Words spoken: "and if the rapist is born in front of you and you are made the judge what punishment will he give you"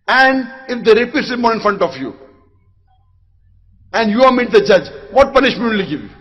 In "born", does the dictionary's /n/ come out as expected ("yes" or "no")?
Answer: no